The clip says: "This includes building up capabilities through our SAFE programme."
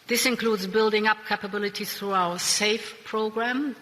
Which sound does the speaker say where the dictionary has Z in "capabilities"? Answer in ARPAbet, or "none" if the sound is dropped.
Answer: none